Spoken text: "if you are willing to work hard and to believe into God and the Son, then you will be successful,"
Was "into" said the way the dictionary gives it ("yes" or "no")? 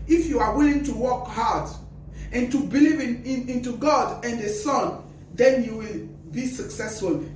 yes